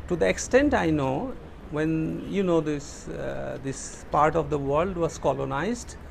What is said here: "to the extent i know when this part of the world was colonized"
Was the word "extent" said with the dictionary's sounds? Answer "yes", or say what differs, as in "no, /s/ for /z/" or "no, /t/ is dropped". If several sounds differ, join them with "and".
yes